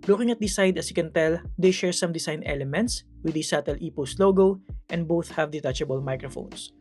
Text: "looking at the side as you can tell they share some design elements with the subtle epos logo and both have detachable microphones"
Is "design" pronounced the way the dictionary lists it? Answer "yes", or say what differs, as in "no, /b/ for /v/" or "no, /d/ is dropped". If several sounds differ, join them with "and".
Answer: no, /s/ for /z/